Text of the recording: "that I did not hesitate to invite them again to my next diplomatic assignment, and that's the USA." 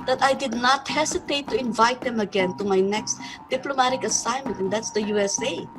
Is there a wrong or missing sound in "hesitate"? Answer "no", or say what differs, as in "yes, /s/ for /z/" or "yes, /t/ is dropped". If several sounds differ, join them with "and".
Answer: yes, /s/ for /z/